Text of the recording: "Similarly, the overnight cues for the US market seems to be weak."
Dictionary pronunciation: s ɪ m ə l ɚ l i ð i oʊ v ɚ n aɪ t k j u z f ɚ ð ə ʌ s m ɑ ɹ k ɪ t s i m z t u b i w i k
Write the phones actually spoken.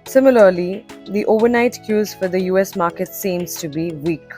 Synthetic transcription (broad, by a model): s ɪ m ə l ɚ l i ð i oʊ v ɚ n aɪ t k j u z f ɚ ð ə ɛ s m ɑ ɹ k ɪ t s i m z t u b i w i k